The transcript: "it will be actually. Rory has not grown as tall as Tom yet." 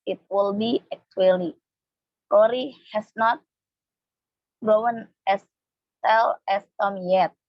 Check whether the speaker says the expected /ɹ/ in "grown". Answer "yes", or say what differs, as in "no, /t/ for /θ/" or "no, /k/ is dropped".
no, /ɹ/ is dropped